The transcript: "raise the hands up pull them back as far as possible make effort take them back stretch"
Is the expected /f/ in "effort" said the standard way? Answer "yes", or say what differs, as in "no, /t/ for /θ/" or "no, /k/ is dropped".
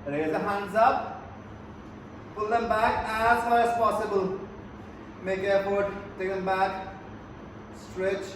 no, /p/ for /f/